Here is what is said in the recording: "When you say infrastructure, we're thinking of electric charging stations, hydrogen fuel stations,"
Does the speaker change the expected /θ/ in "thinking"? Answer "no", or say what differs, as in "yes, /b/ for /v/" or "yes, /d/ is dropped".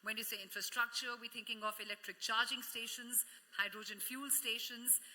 yes, /t/ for /θ/